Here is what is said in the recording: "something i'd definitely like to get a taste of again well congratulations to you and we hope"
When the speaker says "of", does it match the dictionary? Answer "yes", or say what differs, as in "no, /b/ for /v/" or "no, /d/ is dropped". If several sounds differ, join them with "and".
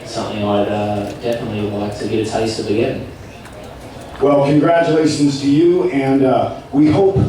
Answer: no, /b/ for /v/